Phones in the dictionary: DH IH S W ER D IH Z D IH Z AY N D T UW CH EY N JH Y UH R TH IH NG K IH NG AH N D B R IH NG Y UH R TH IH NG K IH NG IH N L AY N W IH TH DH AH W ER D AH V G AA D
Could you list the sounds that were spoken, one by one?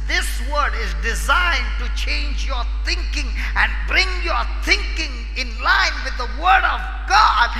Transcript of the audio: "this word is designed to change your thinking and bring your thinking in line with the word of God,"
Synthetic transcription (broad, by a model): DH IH S W ER D IH Z D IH Z AY N T UW CH EY N JH Y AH R TH IH NG K IH NG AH N B R IH NG Y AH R TH IH NG K IH NG IH N L AY N W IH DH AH W ER D AH V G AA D